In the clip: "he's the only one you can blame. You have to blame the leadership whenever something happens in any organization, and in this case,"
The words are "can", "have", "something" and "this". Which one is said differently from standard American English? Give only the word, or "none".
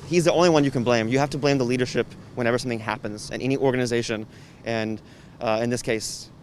have